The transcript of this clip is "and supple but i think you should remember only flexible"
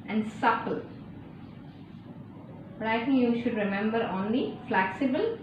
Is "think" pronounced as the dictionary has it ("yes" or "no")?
no